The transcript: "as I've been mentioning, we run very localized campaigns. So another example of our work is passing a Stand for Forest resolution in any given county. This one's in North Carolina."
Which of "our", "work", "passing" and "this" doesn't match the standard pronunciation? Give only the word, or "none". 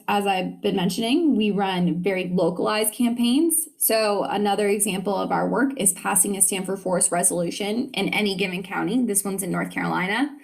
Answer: none